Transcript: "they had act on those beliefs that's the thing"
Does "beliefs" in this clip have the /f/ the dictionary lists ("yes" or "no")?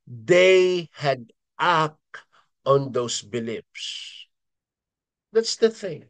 no